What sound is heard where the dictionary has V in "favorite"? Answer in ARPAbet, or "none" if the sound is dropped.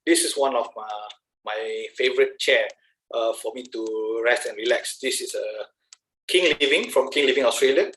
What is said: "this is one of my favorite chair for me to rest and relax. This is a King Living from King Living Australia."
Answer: V